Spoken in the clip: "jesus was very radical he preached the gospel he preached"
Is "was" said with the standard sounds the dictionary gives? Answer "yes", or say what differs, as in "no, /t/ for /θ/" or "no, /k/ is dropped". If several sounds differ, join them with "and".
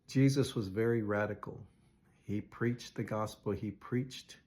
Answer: yes